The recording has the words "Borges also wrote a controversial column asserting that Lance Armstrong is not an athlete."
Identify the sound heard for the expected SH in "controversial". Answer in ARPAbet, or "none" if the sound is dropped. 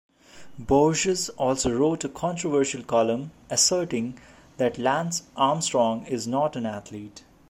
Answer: SH